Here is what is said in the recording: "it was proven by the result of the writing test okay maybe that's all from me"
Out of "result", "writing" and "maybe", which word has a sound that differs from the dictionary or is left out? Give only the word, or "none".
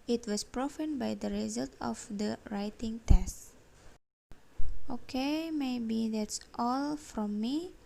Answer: none